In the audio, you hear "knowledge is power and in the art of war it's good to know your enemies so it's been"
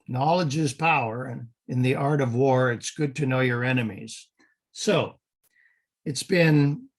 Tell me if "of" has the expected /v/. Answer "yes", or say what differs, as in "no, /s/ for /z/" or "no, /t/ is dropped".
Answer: yes